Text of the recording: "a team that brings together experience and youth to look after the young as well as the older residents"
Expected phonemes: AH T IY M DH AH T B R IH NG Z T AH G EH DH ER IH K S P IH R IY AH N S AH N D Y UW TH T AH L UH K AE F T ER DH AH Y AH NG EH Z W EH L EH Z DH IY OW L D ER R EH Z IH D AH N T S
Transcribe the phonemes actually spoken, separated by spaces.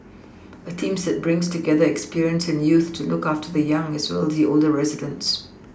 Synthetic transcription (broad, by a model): AH T IY M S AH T B R IH NG Z T AH G EH DH ER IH K S P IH R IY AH N S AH N Y UW TH T AH L UH K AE F T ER DH AH Y AH NG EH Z W EH L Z DH IY OW L D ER R EH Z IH D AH N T S